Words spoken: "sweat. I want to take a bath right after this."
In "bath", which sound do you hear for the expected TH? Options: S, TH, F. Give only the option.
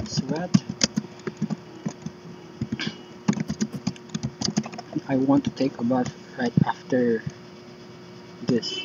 F